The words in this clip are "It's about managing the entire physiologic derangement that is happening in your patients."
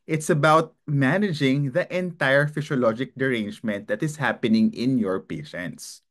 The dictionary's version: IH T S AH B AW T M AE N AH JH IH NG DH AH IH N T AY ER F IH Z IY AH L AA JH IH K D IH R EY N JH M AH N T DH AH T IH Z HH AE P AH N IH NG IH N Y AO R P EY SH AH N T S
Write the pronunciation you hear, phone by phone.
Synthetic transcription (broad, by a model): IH T S AH B AW T M AE N AH JH IH NG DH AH IH N T AY ER F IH S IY L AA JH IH K D IH R EY N JH M AH N T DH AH T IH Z HH AE P AH N IH NG IH N Y AO R P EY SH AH N T S